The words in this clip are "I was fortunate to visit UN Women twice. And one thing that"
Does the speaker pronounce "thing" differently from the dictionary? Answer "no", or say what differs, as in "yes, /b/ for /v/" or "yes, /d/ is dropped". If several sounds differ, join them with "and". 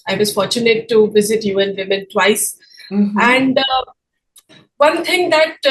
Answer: yes, /t/ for /θ/